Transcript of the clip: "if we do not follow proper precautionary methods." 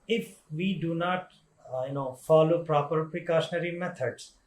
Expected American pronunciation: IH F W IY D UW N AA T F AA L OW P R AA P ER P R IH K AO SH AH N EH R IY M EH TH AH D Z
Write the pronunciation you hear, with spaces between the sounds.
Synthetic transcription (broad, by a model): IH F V IY D UW N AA T F AA L OW P R AA P ER P R IH K AO SH AH N EH R IY M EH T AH D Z